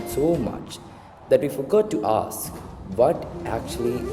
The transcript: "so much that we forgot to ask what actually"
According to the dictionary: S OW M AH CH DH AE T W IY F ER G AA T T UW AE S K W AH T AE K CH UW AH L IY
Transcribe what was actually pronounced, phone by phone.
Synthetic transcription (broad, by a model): S OW M AH CH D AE T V IY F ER G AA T T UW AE S K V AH T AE K CH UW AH L IY